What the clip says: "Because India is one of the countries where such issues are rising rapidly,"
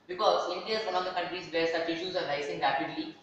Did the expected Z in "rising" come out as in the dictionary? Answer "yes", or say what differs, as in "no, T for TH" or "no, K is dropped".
no, S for Z